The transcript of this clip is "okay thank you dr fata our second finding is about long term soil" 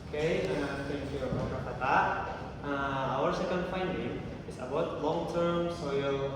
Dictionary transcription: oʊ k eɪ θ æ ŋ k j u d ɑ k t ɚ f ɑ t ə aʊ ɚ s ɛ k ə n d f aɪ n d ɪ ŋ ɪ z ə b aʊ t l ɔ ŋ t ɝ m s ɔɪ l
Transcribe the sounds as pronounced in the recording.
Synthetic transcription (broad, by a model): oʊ k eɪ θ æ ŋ k j u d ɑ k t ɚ p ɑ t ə aʊ ɚ s ɛ k ə n d f aɪ n d ɪ ŋ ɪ s ə b aʊ t l ɔ ŋ t ɝ m s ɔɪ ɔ